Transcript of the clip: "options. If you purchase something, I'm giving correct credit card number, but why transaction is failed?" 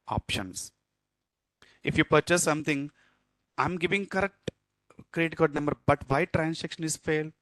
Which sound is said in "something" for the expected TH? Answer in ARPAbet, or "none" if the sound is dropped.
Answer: T